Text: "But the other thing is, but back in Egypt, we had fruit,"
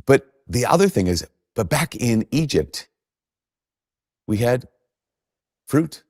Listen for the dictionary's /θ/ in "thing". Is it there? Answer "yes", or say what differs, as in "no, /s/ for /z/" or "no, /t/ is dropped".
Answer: yes